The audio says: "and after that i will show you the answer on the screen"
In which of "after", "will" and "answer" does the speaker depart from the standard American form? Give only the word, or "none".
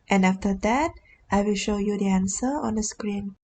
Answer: none